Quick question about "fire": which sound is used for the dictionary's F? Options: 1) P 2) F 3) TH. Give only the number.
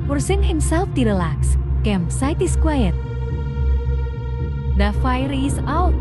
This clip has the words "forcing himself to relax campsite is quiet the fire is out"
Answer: 2